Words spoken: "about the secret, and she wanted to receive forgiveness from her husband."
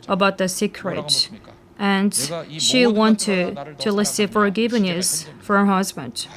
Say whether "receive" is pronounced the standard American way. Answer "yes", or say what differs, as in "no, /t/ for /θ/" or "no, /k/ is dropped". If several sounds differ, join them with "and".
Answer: no, /l/ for /ɹ/